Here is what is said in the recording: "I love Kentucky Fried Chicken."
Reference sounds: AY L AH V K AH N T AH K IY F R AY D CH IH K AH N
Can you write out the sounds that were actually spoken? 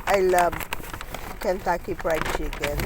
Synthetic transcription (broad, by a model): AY L AH V K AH N T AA K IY P R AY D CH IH K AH N